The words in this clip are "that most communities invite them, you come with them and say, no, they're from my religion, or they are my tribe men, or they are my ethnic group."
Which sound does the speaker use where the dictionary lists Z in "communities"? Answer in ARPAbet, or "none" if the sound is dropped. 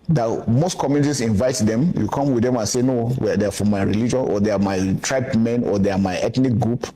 S